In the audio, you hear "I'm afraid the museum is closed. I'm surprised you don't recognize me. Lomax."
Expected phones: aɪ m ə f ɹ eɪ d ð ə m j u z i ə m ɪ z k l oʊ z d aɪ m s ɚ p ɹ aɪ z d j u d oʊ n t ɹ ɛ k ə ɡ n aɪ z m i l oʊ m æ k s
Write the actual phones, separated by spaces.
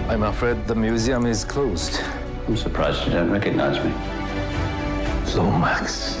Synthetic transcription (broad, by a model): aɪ m ə f ɹ eɪ d ð ə m j u z i ə m ɪ z k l oʊ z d aɪ m s ɚ p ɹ aɪ z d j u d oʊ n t ɹ ɛ k ə ɡ n aɪ z m i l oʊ m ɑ k s